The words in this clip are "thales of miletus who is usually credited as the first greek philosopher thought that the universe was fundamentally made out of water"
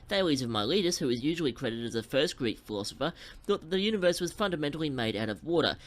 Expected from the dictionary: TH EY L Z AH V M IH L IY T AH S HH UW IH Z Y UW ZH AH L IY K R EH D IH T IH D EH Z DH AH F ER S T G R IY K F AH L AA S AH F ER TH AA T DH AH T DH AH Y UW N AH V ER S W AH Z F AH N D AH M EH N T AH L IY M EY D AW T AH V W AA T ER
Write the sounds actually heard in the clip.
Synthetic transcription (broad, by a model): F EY L Z AH V M IH L IY T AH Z HH UW IH Z Y UW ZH L IY K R EH D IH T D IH Z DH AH F ER S T G R IY K F AH L AA S AH F ER TH AA T DH AH T DH AH Y UW N AH V ER S W AH Z F AH N D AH M EH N T L IY M EY D AW T AH V W AA T ER